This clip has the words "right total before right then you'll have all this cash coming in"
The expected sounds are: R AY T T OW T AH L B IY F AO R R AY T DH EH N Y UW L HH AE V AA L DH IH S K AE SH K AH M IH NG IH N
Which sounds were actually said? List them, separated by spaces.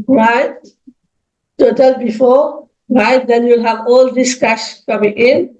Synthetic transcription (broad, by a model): R AY T T OW T AH L B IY F AO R R AY T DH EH N Y UW L HH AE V AA L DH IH S K AE SH K AH M IH NG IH N